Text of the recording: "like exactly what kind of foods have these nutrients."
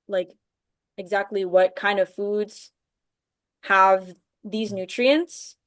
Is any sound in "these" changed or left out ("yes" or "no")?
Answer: no